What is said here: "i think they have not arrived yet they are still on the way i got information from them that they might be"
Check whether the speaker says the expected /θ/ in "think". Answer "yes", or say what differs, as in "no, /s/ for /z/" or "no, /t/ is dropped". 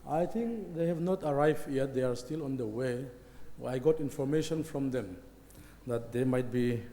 no, /t/ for /θ/